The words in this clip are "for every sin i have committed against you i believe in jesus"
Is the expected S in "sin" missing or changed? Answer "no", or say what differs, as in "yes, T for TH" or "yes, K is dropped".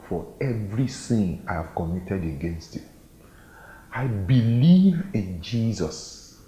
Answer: yes, TH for S